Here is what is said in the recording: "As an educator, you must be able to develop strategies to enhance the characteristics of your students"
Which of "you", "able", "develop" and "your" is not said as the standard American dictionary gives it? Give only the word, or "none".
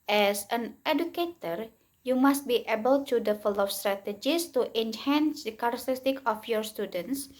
develop